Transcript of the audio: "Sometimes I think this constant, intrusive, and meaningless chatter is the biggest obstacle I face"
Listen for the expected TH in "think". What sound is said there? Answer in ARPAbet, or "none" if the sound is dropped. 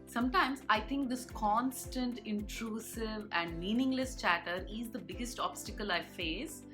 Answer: T